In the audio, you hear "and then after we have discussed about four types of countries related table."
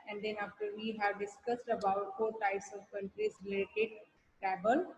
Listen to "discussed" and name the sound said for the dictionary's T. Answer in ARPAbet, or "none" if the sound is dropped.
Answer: T